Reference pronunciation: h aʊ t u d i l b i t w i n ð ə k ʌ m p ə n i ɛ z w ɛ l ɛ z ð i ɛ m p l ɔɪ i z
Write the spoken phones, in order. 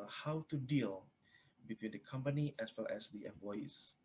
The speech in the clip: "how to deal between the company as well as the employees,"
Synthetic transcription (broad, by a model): h aʊ t u d i l b i t w i n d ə k ʌ m p ə n i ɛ s w ɛ l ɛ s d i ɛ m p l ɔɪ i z